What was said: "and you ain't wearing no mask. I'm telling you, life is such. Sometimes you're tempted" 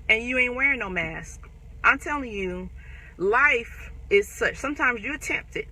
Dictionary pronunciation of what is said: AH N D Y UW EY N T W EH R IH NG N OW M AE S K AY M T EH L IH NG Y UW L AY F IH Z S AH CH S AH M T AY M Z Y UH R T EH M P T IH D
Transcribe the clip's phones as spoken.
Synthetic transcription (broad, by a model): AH N Y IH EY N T W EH R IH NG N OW M AE S K AY M T EH L IH NG Y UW L AY F IH Z S AH CH S AH M T AY M Z Y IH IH T EH M P T IH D